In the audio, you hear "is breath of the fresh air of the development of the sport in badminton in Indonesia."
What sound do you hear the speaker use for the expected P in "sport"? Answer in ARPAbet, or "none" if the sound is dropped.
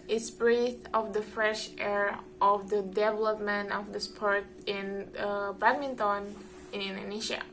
P